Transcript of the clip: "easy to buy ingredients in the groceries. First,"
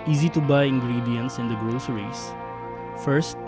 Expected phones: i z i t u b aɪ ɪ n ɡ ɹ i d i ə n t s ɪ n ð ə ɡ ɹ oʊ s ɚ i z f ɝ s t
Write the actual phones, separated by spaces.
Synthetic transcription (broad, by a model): i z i t u b aɪ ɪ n ɡ ɹ i d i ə n t s ɪ n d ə ɡ ɹ oʊ s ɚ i s f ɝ s t